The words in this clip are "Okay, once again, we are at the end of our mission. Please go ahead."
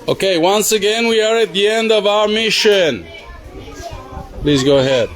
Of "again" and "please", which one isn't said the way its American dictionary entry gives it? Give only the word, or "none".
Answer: none